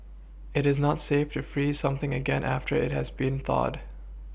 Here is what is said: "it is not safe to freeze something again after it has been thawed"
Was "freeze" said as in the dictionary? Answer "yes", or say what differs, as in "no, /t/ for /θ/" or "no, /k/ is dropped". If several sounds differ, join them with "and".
yes